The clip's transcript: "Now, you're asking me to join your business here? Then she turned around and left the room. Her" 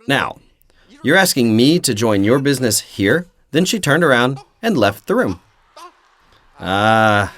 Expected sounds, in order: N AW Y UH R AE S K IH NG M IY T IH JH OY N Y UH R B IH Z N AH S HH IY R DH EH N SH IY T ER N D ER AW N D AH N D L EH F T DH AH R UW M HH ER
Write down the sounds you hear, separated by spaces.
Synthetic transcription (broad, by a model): N AW Y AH R AE S K IH NG M IY T IH JH OY N Y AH R B IH Z N AH S HH IY R DH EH N SH IY T ER N D ER AW N D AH N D L EH F T DH AH R UW M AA